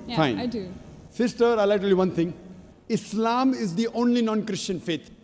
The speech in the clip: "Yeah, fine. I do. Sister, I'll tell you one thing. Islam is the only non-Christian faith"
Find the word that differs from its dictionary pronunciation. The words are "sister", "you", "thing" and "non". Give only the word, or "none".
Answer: thing